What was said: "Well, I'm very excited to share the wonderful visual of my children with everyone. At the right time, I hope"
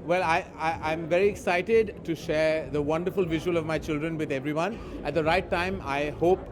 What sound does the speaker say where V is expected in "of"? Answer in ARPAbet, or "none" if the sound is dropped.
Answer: V